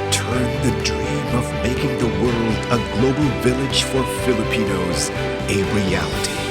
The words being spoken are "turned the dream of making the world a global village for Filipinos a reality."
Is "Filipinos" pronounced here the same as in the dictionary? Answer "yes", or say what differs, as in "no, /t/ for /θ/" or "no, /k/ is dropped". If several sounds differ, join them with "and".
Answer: yes